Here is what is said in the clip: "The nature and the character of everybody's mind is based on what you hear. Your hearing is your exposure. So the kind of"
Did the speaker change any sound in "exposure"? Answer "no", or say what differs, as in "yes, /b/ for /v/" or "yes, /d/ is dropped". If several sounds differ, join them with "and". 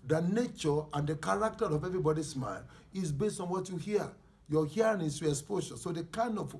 yes, /ʃ/ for /ʒ/